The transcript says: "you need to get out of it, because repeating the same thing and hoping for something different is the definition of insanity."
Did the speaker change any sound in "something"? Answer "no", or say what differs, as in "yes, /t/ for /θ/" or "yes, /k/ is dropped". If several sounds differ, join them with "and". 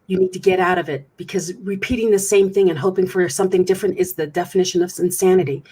no